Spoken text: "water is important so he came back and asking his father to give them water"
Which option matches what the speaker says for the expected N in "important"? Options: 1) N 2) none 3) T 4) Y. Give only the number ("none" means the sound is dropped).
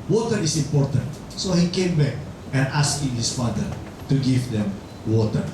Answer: 1